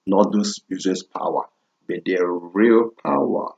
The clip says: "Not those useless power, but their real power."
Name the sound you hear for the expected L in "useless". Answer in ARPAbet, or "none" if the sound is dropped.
none